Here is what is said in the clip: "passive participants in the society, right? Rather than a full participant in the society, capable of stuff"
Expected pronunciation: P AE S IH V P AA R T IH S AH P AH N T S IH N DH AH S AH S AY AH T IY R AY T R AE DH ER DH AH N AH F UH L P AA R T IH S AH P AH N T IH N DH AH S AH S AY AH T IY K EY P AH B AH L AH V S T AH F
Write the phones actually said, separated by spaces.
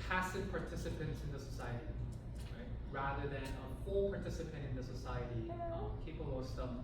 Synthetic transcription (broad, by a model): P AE S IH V P AA R T IH S AH P AH N T S IH N DH AH S AH S AY AH T IY R AY T R AE DH ER DH AH N AH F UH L P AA R T IH S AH P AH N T IH N DH AH S AH S AY AH T IY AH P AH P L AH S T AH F